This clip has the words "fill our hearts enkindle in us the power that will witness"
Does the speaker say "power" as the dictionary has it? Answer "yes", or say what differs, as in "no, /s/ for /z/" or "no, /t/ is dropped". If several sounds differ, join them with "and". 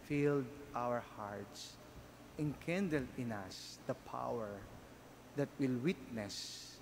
yes